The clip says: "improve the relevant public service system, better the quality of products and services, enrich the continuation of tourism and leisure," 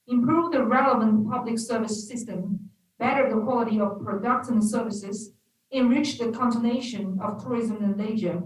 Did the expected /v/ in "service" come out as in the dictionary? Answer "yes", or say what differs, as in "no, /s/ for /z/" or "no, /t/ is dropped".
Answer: yes